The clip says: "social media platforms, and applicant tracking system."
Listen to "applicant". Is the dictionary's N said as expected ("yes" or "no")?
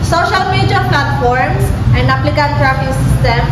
no